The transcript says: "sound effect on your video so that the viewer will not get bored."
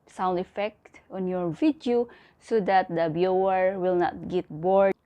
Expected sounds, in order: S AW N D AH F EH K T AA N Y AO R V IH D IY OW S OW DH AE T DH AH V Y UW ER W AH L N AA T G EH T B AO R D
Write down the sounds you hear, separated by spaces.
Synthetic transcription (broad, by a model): S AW N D AH F EH K T AA N Y AO R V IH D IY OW S OW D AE T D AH B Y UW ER W AH L N AA T G EH T B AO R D